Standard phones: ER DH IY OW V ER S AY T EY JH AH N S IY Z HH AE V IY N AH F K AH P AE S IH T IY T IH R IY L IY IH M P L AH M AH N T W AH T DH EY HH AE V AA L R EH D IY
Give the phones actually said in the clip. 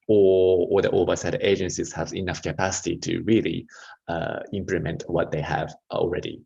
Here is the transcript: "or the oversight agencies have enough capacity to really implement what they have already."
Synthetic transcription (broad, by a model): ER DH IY OW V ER S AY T EY JH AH N S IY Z HH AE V IY N AH F K AH P AE S IH T IY T IH R IY L IY IH M P L AH M AH N T W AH T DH EY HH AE V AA L R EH D IY